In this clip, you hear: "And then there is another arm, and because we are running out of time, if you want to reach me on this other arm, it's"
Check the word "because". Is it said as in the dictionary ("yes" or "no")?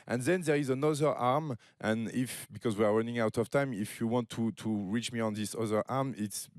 yes